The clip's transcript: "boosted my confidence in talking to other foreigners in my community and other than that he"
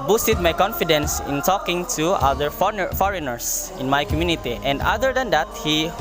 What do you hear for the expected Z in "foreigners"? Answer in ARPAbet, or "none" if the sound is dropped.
S